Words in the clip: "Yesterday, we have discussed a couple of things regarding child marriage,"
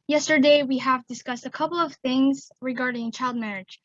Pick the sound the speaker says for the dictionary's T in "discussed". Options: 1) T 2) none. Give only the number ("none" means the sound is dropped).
1